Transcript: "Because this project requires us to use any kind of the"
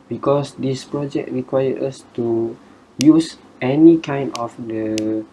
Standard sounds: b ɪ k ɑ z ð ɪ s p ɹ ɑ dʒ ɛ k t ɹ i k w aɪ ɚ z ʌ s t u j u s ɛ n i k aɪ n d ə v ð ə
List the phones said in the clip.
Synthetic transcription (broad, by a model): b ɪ k ɑ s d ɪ s p ɹ ɑ dʒ ɛ k t ɹ i k w aɪ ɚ ʌ s t u j u s ɛ n i k aɪ n d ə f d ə